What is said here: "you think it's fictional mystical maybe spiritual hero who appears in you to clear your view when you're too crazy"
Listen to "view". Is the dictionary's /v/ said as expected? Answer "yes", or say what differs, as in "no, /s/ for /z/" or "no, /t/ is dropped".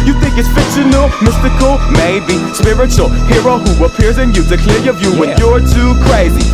yes